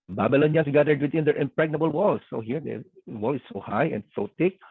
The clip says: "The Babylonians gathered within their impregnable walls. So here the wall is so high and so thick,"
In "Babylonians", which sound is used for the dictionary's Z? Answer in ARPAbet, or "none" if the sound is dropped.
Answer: S